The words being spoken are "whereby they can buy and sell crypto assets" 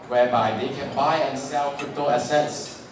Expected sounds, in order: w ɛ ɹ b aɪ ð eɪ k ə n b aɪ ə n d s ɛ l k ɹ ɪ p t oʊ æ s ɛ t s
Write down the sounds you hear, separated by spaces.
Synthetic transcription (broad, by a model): w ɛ b aɪ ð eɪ k ə n b aɪ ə n s ɛ l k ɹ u t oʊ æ s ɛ t s